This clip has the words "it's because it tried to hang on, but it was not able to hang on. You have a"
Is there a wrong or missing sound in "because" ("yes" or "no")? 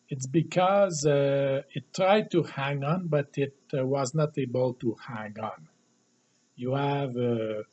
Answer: no